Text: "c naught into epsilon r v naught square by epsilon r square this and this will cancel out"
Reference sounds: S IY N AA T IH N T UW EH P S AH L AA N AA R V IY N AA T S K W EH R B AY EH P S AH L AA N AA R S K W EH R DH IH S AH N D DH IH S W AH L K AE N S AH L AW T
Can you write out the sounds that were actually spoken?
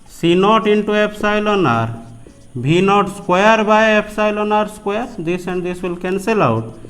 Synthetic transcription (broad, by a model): S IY N AA T IH N T UW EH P S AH L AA N AA R B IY N AA T S K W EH R B AY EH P S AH L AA N AA R S K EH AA R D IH S AH N D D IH S W AH L K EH N S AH L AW T